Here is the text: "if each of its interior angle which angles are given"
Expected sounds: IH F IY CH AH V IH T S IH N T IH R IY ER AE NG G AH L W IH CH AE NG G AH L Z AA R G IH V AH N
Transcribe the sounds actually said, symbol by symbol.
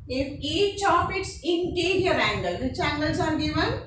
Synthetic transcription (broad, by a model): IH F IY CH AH P IH T S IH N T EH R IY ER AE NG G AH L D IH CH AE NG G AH L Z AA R G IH V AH N